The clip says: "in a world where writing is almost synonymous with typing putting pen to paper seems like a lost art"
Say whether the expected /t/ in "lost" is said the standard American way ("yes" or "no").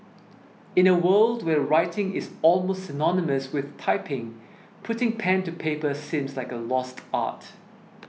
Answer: yes